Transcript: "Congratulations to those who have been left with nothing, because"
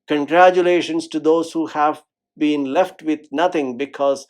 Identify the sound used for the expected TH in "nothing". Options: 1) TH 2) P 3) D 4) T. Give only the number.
4